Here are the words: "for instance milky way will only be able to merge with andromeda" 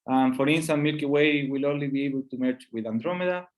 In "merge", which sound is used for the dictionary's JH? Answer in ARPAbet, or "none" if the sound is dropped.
CH